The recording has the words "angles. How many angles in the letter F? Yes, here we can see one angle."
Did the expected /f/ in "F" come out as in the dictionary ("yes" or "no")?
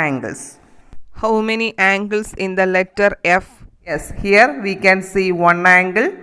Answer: yes